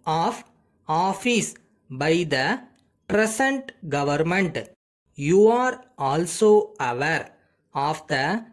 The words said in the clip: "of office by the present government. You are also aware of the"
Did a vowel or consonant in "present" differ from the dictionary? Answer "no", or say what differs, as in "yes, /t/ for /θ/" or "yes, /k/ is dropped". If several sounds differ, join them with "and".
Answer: yes, /s/ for /z/